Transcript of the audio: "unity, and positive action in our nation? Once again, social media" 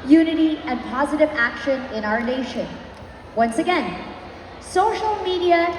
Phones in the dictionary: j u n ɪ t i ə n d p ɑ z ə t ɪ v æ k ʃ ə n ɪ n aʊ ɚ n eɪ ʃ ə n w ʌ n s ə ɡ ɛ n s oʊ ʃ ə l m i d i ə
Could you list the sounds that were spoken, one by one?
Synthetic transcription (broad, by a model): j u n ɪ t i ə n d p ɑ z ə t ɪ v æ k ʃ ə n ɪ n aʊ ɚ n eɪ ʃ ə n w ʌ n s ə ɡ ɛ n s oʊ ʃ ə l m i d i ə